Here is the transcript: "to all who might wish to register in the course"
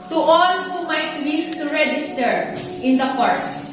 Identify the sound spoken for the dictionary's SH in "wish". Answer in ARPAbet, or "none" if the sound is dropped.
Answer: S